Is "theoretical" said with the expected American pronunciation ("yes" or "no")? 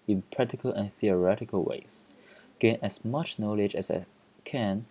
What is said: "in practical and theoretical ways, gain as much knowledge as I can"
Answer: yes